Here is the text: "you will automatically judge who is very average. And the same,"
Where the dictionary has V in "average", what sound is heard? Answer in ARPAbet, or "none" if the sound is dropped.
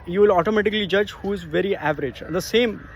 V